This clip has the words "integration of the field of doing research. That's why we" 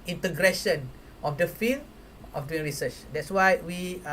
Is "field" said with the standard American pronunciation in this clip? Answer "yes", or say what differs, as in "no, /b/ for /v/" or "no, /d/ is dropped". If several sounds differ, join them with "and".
no, /d/ is dropped